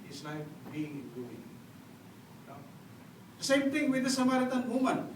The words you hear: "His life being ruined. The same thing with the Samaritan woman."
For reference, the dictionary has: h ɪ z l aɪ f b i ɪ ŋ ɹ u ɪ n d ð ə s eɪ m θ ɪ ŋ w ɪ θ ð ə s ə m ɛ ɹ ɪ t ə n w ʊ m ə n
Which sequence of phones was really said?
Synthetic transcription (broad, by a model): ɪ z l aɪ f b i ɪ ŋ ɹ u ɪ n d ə s eɪ m t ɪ ŋ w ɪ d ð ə s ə m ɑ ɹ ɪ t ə n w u m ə n